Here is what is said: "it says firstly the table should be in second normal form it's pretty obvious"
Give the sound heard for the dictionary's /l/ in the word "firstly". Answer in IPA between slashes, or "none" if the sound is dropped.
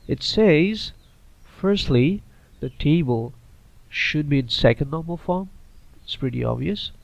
/l/